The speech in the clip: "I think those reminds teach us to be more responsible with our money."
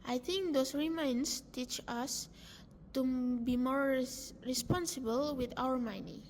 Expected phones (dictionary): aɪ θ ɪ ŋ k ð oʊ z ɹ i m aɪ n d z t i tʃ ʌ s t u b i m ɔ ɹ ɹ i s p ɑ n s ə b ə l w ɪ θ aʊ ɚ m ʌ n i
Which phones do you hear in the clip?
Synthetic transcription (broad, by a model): aɪ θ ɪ ŋ k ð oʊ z ɹ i m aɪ n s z t i tʃ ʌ s t u b i m ɔ ɹ ɹ i s p ɑ n s ə b ə l w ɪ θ aʊ ɚ m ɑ n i